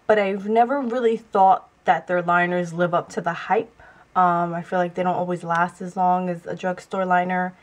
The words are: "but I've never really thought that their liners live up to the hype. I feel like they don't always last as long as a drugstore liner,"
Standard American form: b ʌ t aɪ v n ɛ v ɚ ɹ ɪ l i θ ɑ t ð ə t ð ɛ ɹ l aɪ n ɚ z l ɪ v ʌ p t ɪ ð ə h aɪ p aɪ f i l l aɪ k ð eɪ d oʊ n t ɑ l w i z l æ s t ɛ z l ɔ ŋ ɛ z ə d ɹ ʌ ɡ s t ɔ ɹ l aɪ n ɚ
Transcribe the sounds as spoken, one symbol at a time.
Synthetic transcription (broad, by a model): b ʌ t aɪ v n ɛ v ɚ ɹ ɪ l i θ ɑ t ð ə t ð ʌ ɹ l aɪ n ɚ z l ɪ v ʌ p t ɪ ð ə h aɪ p aɪ f i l l aɪ k ð eɪ d oʊ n t ɑ l w i z l æ s t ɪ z l ɔ ŋ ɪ z ə d ɹ ʌ ɡ s t ɔ ɹ l aɪ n ɚ